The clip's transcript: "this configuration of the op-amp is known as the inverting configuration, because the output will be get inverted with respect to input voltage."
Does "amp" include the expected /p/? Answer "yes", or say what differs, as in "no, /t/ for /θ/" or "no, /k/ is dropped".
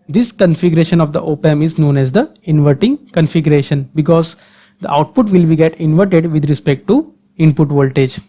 no, /p/ is dropped